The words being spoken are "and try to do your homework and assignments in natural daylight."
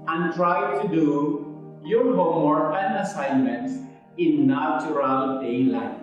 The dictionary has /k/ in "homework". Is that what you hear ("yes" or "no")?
no